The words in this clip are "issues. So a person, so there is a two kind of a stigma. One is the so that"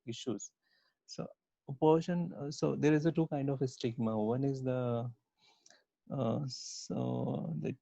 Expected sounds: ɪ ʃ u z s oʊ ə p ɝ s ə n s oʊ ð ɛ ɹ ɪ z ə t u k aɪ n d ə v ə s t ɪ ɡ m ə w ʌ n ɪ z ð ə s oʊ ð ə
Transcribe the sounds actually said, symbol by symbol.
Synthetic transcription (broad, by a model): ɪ ʃ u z s oʊ ə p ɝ ʃ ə n s oʊ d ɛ ɹ ɪ z ə t u k aɪ n d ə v ə s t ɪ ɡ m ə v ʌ n ɪ z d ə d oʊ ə